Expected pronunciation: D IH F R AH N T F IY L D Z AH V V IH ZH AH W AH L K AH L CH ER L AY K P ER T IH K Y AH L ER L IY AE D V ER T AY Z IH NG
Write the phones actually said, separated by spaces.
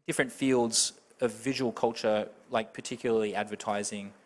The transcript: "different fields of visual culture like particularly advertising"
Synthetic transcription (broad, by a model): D IH F R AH N T F IY L D Z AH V V IH ZH AH W AH L K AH L CH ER L AY K P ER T IH K Y L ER L IY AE D V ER T AY Z IH NG